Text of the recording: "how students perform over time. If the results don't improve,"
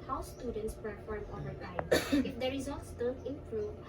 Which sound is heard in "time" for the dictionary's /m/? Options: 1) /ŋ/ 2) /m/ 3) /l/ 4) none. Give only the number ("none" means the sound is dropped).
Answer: 4